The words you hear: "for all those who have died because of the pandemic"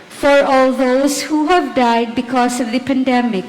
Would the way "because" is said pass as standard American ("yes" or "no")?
no